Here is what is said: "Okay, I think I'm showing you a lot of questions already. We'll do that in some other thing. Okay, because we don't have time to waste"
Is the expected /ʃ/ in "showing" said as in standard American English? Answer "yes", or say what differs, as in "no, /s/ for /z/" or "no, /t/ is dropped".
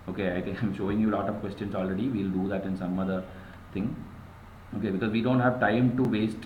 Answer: yes